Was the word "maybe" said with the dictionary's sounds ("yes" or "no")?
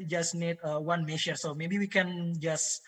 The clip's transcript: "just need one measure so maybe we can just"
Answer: yes